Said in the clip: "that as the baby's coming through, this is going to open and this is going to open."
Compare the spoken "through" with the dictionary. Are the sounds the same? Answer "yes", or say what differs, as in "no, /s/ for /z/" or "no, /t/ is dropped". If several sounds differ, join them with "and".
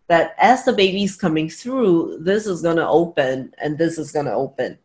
yes